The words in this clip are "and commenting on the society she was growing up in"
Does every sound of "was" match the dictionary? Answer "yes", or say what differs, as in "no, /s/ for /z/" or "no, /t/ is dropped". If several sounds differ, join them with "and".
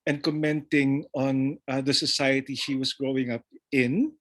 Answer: no, /s/ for /z/